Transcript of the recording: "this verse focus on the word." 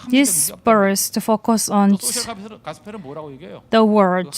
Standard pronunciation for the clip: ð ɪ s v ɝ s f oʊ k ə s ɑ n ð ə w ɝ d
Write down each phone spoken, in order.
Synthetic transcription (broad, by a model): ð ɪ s b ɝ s f oʊ k ə s ɑ n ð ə w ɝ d